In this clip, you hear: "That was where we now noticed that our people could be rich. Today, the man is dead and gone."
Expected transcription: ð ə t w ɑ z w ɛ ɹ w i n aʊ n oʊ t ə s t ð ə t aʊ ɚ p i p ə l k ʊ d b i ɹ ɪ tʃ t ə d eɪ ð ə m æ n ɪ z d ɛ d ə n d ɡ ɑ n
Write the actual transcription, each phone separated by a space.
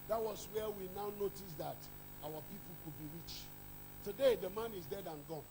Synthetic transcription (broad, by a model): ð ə t w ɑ s w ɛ w i n aʊ n oʊ t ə s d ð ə t aʊ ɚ p i p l k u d b i ɹ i tʃ t ə d eɪ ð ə m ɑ n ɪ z d ɛ d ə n ɡ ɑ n